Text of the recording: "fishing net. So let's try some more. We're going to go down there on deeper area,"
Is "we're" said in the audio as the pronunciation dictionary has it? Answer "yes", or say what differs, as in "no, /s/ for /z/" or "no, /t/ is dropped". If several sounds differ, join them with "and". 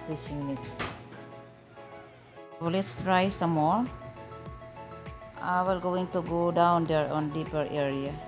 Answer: no, /l/ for /ɹ/